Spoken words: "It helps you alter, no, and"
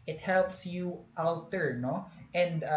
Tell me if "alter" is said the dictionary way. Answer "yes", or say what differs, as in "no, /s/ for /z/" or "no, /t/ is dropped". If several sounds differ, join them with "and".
no, /w/ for /l/